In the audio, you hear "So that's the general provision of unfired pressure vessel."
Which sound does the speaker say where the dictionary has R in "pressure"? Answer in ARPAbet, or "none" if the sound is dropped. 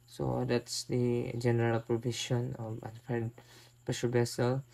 none